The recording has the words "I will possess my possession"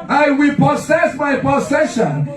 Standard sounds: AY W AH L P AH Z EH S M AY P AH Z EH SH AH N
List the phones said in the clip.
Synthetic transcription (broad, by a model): AY W AH L P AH S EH S M AY P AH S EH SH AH N